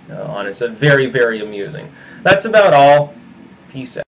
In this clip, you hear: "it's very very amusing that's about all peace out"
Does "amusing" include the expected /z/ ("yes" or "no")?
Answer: yes